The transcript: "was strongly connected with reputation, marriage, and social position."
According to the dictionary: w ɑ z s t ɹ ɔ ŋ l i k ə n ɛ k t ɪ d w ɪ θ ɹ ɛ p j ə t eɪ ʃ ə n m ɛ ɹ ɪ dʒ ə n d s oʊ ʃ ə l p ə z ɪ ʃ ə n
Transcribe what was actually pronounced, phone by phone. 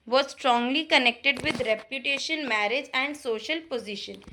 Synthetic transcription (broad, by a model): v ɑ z s t ɹ ɔ ŋ l i k ə n ɛ k t ɪ d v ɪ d ɹ ɛ p j ə t eɪ ʃ ə n m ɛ ɹ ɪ dʒ ə n d s oʊ ʃ ə l p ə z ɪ ʃ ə n